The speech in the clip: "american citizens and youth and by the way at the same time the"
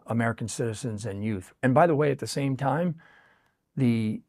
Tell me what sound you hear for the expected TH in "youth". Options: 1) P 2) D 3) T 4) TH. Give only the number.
4